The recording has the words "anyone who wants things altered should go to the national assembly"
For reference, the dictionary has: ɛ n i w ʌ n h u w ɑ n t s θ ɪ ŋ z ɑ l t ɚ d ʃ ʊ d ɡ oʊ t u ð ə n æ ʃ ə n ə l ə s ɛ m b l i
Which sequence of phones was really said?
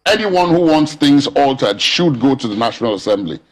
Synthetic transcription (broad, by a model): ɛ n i w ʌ n h u w ɑ n t s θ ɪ ŋ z ɑ l t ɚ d ʃ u d ɡ oʊ t u ð ə n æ ʃ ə n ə l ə s ɛ m b l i